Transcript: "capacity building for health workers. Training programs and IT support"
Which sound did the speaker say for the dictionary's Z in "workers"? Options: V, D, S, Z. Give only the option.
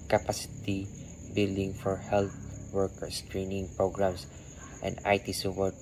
S